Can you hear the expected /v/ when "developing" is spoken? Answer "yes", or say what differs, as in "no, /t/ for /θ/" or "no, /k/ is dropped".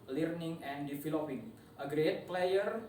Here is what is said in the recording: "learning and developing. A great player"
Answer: no, /f/ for /v/